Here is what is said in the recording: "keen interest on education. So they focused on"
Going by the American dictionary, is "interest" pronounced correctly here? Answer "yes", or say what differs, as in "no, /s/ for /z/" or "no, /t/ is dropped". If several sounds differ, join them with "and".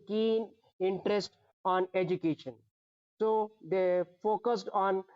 yes